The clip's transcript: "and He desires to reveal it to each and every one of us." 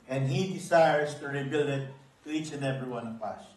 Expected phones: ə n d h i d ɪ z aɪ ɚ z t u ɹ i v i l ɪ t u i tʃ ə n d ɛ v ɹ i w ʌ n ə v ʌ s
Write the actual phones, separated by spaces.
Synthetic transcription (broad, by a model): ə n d h i d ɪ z aɪ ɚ s t u ɹ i b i l ɪ t u i tʃ ə n d ɛ v ɹ i w ʌ n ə p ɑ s